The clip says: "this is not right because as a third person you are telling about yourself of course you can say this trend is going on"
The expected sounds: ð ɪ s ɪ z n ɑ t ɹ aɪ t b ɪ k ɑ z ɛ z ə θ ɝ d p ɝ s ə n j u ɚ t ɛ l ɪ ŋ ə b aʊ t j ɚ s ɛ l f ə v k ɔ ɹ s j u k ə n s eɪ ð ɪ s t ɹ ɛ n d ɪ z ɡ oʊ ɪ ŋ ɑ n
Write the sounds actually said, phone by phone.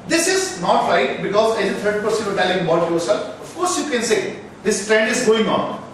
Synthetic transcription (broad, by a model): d ɪ s ɪ z n ɑ t ɹ aɪ t b ɪ k ɑ z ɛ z ə t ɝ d p ɝ s ə n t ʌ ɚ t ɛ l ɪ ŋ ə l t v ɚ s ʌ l ə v k ɔ ɹ s j u k ə n s eɪ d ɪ s t ɹ ɛ n d ɪ z ɡ oʊ ɪ ŋ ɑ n